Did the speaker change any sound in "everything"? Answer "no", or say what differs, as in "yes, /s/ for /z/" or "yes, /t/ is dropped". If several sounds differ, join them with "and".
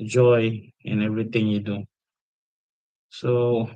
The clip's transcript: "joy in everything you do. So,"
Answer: yes, /t/ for /θ/